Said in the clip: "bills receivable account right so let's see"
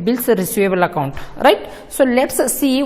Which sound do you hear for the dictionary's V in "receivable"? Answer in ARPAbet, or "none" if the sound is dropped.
none